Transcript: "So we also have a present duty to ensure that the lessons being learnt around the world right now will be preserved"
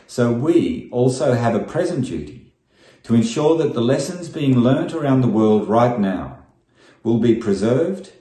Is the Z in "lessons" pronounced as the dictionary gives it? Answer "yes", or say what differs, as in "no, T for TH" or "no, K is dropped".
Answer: yes